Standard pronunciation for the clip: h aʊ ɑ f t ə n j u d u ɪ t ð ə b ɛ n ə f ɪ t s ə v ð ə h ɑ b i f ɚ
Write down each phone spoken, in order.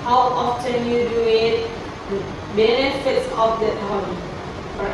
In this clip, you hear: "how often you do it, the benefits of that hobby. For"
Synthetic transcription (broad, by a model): h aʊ ɑ f t ə n j u d u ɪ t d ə b ɛ n ə f ɪ t s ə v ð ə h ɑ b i